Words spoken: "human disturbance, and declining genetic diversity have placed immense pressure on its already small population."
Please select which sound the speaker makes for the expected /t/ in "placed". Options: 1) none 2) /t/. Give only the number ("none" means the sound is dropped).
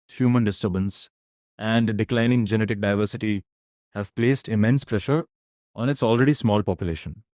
2